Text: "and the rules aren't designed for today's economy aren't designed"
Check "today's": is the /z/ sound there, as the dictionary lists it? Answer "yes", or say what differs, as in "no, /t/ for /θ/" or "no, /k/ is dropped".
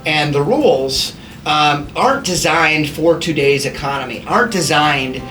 yes